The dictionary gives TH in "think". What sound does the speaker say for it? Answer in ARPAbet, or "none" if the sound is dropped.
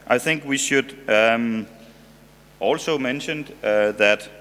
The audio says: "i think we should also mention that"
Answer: TH